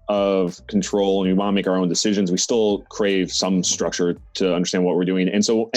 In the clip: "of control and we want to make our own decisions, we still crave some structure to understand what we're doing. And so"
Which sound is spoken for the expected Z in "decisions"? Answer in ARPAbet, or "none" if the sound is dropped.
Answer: Z